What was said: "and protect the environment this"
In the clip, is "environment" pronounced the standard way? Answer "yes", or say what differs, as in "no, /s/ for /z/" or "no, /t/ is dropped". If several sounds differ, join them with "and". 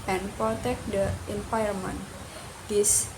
no, /p/ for /v/ and /ɹ/ is dropped